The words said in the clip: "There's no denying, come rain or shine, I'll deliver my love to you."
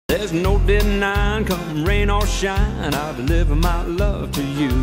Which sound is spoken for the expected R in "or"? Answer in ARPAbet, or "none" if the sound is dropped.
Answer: L